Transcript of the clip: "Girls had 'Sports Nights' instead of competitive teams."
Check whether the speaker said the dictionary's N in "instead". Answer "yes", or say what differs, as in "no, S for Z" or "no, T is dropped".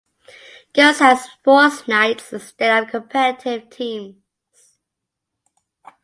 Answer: no, N is dropped